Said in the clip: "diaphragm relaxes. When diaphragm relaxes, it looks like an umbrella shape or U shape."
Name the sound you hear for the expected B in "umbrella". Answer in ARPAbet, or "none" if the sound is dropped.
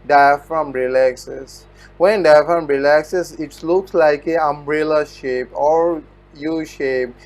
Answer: B